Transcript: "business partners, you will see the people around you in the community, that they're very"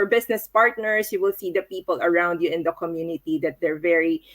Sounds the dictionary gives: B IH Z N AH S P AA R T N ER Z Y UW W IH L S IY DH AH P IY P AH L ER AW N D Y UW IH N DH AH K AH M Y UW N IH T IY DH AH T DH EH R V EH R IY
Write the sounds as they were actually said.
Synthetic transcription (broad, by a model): B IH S N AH S P AA R T N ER S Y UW W IH L S IY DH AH P IY P AH L ER AW N D Y UW IH N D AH K AH M Y UW N IH T IY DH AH T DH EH R V EH R IY